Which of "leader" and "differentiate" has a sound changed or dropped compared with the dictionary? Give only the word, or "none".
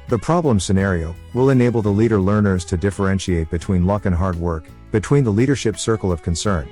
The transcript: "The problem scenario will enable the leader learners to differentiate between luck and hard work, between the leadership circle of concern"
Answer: none